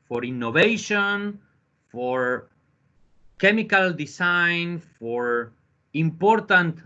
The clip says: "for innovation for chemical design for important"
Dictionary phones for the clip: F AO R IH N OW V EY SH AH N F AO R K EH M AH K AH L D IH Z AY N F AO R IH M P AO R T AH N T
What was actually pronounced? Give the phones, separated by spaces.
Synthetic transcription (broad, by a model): F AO R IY N OW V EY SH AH N F AO R K EH M AH K AH L D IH S AY N F AO R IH M P AO R T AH N T